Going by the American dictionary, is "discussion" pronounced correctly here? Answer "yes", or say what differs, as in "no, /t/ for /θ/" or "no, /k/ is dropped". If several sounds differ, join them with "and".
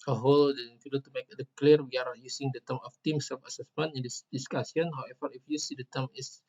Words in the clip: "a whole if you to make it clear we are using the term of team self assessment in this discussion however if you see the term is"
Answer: no, /s/ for /ʃ/